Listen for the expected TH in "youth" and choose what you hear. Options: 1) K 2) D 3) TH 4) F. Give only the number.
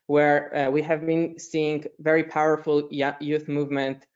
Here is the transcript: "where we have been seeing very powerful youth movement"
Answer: 3